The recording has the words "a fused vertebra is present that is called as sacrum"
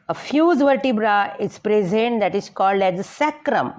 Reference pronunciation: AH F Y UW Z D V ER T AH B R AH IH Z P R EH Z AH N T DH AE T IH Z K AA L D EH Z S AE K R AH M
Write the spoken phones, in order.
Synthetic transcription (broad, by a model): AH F Y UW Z V ER T AH B R AH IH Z P R EH Z AH N T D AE T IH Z K AA L D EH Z S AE K R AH M